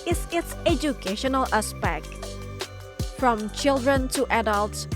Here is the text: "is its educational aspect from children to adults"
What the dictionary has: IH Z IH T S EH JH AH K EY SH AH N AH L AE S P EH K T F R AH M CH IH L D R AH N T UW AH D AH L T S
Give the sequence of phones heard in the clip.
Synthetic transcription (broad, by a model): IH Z IH T S EH JH AH K EY SH AH N AH L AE S P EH K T F R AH M CH IH L D R AH N T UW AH D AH L T S